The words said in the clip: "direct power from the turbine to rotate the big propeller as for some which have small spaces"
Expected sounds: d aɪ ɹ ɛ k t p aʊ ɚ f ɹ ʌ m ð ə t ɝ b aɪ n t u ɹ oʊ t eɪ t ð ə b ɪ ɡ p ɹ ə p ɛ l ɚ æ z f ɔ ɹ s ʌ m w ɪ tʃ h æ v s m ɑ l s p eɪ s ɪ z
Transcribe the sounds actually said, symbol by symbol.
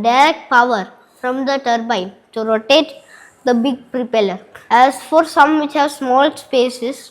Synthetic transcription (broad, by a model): d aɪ ɹ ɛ k t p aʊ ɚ f ɹ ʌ m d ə t ɝ b aɪ n t u ɹ oʊ t eɪ t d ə b ɪ ɡ p ɹ ə p ɛ l ɚ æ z f ɔ ɹ s ʌ m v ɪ tʃ h æ v s m ɑ l s p eɪ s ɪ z